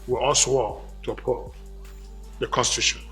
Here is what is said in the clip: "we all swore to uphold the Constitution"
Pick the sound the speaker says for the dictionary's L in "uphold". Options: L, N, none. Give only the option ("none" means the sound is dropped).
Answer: none